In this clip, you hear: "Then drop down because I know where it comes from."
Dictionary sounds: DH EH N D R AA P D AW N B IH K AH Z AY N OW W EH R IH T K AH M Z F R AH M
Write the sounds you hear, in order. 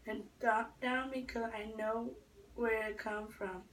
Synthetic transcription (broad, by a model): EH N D R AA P D AW N B IH K AH Z AY N OW W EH R IH T K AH M F R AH M